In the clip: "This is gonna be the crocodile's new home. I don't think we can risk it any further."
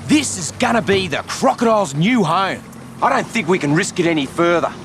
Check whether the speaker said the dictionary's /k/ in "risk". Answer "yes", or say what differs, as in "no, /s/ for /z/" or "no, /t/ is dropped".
yes